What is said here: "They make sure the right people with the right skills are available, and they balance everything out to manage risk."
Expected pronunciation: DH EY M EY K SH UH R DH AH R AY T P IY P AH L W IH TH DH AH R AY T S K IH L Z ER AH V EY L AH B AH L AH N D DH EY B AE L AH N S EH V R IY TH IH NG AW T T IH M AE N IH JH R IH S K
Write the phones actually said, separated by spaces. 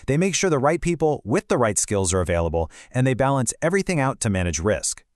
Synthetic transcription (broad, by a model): DH EY M EY K SH UH R DH AH R AY T P IY P L W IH DH AH R AY T S K IH L Z ER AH V EY L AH B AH L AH N DH EY B AE L AH N S EH V R IY TH IH NG AW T T IH M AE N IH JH R IH S K